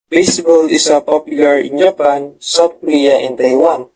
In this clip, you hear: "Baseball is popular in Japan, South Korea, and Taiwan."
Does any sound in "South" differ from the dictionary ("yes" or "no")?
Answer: yes